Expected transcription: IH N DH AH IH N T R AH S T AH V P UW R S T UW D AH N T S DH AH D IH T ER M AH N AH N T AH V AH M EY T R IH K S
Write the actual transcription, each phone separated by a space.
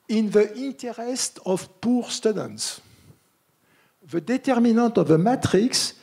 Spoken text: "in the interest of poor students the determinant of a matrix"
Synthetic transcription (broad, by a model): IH N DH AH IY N T R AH S T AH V P UW R S T UW D AH N T S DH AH D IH T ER M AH N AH T AH V AH M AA T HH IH K S